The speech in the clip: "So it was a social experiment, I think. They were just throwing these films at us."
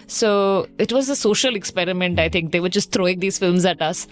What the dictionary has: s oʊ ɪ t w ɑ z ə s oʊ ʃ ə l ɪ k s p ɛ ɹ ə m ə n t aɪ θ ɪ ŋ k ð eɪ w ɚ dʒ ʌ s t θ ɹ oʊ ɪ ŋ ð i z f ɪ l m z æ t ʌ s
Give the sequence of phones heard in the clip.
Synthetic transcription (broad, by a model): s oʊ ɪ t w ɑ z ə s oʊ ʃ ə l ɪ k s p ɛ ɹ ə m ə n t aɪ t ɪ ŋ k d eɪ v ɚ dʒ ʌ s t t ɹ oʊ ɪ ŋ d i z f ɪ l m z æ t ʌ s